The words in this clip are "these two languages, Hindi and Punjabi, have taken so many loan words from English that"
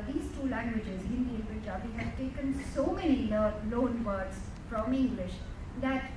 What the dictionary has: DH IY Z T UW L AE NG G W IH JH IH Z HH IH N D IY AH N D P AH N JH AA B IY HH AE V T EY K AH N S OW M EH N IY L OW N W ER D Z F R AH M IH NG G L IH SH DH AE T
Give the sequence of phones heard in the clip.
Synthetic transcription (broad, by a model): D IY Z T UW L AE NG G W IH JH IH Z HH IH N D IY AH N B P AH JH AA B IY HH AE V T EY K AH N S OW M EH N IY L OW N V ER D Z F R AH M IH NG G L IH SH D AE T